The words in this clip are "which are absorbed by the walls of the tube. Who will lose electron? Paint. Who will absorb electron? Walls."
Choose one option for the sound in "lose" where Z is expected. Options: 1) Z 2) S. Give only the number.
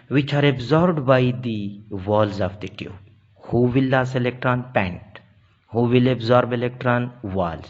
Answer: 2